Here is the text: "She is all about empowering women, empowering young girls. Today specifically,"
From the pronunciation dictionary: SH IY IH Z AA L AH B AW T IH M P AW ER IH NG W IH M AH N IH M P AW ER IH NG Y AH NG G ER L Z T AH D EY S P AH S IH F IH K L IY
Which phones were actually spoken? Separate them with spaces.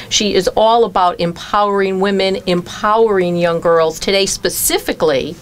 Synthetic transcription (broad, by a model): SH IY IH Z AA L AH B AW T IH M P AW ER IH NG W IH M AH N IH M P AW ER IH NG Y AH NG G ER L Z T AH D EY S P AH S IH F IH K L IY